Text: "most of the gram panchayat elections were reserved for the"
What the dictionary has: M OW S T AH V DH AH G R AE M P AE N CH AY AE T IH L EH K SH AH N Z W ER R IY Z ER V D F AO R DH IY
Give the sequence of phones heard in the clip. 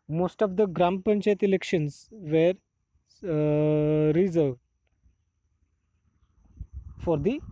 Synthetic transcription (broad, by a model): M OW S T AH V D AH G R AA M P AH N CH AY T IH L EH K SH AH N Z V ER R IY Z ER V D F AO R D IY